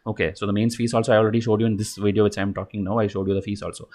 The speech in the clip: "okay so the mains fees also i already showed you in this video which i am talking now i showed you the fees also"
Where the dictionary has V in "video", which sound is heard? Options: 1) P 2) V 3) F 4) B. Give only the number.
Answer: 2